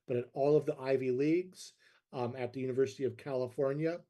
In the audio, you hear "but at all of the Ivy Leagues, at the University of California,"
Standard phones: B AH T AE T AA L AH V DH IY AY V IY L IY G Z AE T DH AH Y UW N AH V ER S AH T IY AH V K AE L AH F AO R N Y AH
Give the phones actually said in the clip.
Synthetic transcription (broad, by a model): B AH T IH T AA L AH V DH IY AY V IY L IY G Z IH T DH AH Y UW N AH V ER S AH T IY AH V K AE L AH F AO R N Y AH